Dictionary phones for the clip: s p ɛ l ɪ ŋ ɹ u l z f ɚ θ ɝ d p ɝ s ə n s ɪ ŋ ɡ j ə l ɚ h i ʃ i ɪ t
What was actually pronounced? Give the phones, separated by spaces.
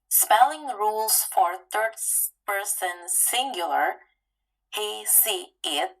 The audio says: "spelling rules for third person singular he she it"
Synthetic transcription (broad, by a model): s p ɛ l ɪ ŋ ɹ u l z f ɚ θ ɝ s p ɝ s ə n s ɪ ŋ ɡ j l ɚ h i s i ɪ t